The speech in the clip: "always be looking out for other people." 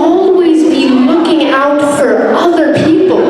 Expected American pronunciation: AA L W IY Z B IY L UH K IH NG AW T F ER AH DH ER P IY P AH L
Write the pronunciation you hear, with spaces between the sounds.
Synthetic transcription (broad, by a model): AA L W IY Z B IY L UH K IH NG AW T F ER AH DH ER P IY P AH L